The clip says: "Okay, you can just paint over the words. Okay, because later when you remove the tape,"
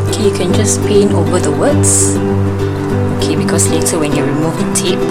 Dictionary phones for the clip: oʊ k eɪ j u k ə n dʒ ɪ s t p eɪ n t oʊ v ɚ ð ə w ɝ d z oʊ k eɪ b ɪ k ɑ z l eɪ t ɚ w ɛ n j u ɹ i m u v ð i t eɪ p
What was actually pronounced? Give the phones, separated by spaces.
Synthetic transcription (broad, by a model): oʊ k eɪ j u k ə n dʒ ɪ s p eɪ n oʊ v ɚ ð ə w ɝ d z oʊ k eɪ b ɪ k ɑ s l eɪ t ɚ w ɛ n j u ɹ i m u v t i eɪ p